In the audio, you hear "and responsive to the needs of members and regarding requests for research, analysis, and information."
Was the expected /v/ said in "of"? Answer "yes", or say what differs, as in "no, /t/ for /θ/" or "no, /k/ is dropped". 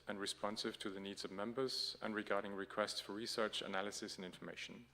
yes